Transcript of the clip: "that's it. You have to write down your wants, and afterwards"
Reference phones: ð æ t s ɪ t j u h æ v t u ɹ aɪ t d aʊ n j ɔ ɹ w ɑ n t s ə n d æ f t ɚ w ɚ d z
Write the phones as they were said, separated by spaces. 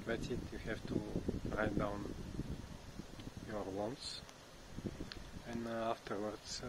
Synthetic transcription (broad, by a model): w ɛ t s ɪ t j u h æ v t u ɹ aɪ t d aʊ n j ɔ ɹ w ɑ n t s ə n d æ f t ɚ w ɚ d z